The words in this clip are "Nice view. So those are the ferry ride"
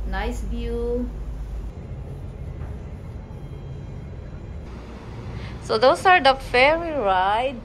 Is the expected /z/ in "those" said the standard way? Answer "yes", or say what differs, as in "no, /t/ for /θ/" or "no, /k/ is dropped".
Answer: no, /s/ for /z/